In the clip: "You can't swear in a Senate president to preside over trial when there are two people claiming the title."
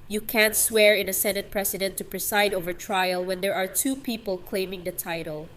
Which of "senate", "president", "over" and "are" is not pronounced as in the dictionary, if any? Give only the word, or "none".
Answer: president